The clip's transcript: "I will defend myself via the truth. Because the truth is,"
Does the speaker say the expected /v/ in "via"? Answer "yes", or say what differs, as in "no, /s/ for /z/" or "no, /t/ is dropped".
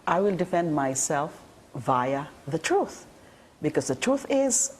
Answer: yes